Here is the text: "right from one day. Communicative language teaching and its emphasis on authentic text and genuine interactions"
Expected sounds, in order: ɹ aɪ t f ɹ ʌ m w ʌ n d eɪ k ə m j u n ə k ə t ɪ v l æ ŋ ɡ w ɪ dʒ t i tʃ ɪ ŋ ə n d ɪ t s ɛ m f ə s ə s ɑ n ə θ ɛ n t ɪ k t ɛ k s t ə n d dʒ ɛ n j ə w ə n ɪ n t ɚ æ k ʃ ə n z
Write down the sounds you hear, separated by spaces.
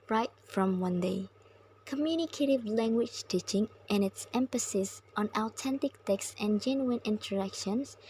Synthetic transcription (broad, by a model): ɹ aɪ t f ɹ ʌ m w ʌ n d eɪ k ə m j u n ə k ə t ɪ v l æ ŋ ɡ w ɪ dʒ t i tʃ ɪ ŋ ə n ɪ t s ɛ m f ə s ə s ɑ n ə t ɛ n t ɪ k t ɛ k s t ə n dʒ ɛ n j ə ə n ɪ n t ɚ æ k ʃ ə n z